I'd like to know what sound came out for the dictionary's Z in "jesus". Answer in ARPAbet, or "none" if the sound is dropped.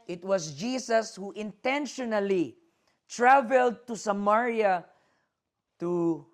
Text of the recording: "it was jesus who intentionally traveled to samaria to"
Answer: S